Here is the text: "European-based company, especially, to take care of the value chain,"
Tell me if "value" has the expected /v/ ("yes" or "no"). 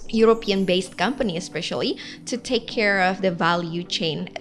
yes